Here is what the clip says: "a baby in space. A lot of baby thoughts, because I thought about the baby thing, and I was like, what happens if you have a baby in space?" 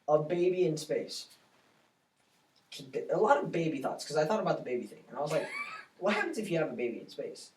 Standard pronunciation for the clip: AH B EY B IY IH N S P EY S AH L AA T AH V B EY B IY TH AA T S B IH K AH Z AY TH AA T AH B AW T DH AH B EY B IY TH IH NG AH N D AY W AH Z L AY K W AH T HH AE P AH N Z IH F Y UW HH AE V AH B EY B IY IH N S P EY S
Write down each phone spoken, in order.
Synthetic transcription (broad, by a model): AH B EY B IY IH N S P EY S AH L AA T AH V B EY B IY TH AA T S K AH Z AY TH AA T AH B AW T DH AH B EY B IY TH IH NG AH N AY W AH Z L AY K W AH T HH AE P AH N Z IH F Y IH V AH B EY B IY IH N S P EY S